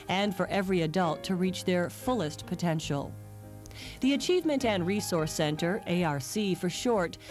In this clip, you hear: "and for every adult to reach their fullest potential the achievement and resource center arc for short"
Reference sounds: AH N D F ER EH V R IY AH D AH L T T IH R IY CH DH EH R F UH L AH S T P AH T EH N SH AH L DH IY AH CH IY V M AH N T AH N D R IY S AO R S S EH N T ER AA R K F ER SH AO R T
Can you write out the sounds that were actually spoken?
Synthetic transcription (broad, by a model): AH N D F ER EH V R IY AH D AH L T T IH R IY CH DH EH R F UH L AH S T P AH T EH N SH L DH IY AH CH IY V M AH N T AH N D R IY S AO R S S EH N T ER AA R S F ER SH AO R T